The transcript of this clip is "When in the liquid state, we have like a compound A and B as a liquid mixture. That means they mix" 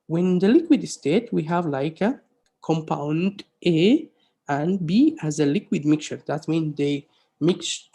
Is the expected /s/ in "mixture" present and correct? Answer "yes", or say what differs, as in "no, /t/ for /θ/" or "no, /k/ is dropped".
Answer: no, /s/ is dropped